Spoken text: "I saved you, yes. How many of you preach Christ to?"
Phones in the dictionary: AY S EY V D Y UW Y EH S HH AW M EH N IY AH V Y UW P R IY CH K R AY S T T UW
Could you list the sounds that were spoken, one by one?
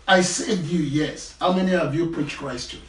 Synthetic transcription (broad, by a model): AY S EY D Y UW Y EH S HH AW M EH N IY AH V Y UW P R IY CH K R AY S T T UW